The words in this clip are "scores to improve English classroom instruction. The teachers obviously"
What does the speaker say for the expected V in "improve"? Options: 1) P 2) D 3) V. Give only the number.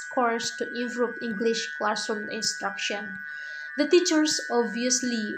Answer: 1